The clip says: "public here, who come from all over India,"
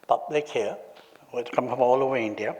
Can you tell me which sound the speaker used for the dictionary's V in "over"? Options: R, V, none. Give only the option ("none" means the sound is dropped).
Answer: none